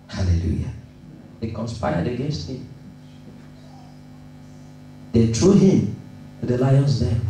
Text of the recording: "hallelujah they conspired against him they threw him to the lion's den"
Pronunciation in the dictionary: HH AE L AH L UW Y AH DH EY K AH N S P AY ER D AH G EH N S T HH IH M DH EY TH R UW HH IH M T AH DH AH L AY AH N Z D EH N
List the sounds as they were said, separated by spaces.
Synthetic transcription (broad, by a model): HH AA L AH L UW Y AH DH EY K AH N S P AY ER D AH G EH N S T HH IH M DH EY T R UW HH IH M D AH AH L AY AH N S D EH